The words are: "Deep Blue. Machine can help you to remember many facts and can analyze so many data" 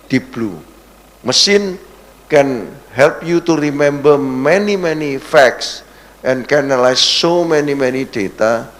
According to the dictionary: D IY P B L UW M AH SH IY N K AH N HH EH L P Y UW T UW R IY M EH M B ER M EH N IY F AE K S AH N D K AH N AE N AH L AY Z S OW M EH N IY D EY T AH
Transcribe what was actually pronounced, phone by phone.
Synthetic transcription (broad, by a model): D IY B L UW M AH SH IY N K AH N HH EH L P Y UW T UW R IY M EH M B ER M EH N IY F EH K S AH N K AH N N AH L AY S OW M EH N IY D EY T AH